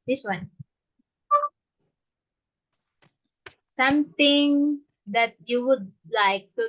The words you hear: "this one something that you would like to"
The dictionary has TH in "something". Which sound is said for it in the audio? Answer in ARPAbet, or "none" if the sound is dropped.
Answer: T